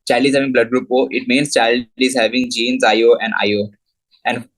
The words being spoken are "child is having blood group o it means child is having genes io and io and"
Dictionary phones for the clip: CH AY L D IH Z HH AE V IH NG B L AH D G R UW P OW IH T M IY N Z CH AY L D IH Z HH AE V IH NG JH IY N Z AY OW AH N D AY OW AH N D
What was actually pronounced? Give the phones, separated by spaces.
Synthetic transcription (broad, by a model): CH AY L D IH Z HH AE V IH NG B L AH D G R UW P OW IH T M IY N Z CH AY L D IH Z HH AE V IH NG JH IY N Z AY OW AH N D AY OW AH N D